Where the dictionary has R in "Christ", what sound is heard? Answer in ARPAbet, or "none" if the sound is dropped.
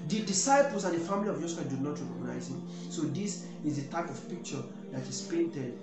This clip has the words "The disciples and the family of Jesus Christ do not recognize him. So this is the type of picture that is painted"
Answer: none